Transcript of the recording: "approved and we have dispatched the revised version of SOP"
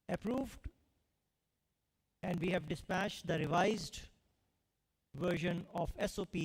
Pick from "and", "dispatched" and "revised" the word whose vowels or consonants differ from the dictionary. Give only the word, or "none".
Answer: none